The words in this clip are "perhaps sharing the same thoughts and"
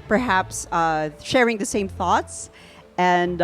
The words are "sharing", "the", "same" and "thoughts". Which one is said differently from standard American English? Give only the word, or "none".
none